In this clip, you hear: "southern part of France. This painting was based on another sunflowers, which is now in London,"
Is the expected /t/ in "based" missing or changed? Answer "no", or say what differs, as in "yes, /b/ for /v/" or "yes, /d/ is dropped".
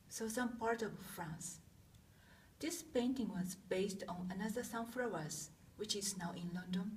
no